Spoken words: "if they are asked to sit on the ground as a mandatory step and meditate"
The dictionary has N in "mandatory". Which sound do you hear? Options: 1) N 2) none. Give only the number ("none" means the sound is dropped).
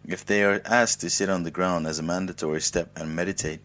1